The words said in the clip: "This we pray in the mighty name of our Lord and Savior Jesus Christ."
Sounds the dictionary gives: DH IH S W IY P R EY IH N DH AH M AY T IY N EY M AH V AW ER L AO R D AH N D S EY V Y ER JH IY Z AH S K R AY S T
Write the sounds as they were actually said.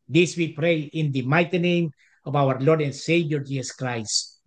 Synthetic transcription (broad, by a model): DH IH S W IY P R EY IH N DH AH M AY T IY N EY M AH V AW ER L AO R D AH N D S EY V Y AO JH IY S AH S K R AY S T